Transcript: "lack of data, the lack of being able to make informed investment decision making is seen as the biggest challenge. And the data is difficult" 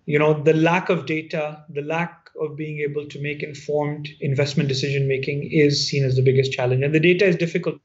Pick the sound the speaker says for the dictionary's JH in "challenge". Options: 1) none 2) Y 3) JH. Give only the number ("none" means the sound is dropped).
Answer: 3